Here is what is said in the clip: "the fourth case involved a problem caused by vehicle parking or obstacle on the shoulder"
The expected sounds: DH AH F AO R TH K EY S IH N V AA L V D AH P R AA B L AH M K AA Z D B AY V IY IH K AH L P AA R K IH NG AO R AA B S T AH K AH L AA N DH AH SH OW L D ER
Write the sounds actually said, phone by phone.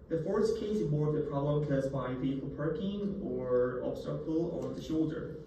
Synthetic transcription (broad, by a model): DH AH F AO R S K EY S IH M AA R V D AH P R AA B L AH M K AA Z B AY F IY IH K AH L P AA R K IH NG AO R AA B S T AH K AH L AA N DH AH SH OW L D ER